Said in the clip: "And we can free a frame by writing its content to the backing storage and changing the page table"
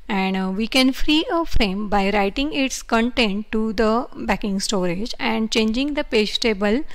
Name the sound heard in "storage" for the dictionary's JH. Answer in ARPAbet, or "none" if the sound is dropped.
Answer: JH